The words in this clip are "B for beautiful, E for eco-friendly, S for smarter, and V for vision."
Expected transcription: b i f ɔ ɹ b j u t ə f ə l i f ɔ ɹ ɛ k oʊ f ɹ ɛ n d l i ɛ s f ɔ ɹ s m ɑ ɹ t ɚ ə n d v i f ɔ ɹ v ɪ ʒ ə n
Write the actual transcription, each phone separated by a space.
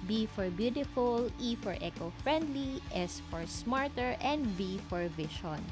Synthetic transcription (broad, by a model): b i f ɔ ɹ b j u t ə f ə l i f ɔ ɹ ɛ k oʊ f ɹ ɛ n d l i ɛ s f ɔ ɹ s m ɑ ɹ t ɚ ə n d b i f ɔ ɹ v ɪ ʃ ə n